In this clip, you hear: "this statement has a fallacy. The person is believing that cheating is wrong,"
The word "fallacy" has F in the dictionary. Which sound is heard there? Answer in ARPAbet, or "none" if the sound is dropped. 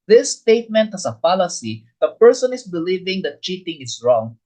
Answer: P